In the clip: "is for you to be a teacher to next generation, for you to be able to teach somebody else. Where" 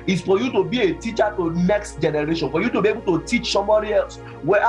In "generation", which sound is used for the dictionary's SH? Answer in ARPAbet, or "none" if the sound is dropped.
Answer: SH